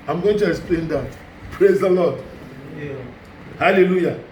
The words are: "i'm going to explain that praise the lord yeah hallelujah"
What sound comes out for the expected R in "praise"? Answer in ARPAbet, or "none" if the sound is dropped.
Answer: R